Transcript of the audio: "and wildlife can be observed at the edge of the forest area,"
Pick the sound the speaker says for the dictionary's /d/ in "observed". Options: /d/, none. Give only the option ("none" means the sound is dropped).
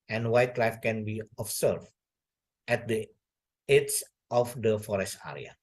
none